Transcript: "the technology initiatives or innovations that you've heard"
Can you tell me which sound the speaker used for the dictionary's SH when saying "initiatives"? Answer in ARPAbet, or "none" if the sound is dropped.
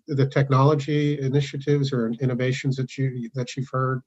SH